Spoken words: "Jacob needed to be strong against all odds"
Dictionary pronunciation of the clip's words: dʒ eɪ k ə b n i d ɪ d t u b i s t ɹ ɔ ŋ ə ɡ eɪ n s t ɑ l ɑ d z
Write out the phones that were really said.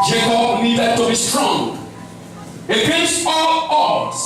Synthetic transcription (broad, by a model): dʒ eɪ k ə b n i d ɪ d t u b i s t ɹ ɔ ŋ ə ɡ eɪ s ɑ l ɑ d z